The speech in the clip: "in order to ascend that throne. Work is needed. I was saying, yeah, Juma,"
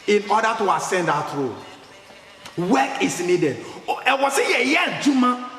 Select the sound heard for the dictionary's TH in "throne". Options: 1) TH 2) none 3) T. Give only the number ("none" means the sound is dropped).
3